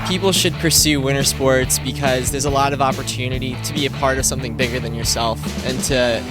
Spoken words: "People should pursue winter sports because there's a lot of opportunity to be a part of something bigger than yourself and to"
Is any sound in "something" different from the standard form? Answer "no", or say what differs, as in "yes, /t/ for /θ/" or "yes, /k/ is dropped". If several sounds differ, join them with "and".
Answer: no